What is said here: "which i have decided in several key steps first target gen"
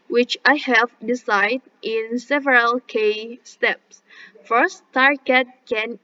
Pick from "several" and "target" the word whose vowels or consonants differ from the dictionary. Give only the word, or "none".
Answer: none